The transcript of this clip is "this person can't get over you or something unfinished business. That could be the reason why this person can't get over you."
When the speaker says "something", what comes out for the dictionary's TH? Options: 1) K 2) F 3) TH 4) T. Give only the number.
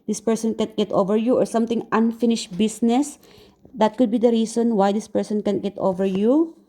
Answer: 4